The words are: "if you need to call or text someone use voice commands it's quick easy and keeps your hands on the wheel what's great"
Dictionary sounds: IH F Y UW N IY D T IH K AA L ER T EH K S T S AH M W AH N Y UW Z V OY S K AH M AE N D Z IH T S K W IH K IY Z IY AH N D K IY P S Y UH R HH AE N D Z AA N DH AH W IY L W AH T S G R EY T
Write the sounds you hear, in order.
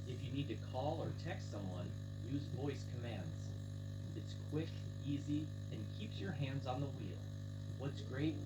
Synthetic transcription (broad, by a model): IH F Y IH N IY D T IH K AA L ER T EH K S T S AH M W AH N Y UW Z V OY S K AH M AE N D Z IH T S K W IH K IY Z IY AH N K IY P S Y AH R HH AE N D Z N DH AH W IY L W AH T S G R EY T